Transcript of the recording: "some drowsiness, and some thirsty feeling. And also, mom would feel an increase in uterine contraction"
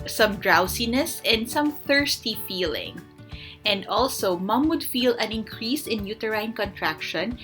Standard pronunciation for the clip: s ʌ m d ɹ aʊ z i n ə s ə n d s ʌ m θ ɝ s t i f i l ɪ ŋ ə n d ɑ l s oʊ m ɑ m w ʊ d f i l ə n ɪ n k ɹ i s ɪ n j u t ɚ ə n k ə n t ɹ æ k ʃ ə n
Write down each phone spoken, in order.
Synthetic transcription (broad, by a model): s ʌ m d ɹ aʊ s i n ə s ə n d s ʌ m θ ɝ s t i f i l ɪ ŋ ə n d ɑ l s oʊ m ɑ m w ʊ d f i l ə n ɪ n k ɹ i s ɪ n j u t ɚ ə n k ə n t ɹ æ k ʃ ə n